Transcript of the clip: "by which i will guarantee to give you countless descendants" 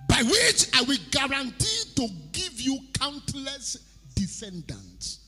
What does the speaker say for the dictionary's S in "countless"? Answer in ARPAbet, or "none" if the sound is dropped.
S